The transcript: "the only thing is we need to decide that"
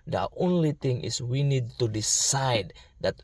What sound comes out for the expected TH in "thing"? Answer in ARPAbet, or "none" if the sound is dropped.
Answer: T